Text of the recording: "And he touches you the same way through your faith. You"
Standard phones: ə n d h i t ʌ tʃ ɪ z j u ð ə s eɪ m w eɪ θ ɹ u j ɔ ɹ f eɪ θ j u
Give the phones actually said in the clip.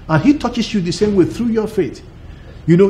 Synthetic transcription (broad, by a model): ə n h i t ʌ tʃ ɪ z j u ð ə s eɪ m w eɪ θ ɹ u j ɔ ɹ f eɪ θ j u